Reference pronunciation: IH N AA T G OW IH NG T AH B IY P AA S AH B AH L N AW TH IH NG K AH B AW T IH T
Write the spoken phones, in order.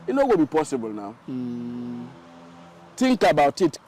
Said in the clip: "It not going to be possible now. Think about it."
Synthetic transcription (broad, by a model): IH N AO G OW B IY P AA S AH B AH L N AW T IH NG K AH B AW T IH T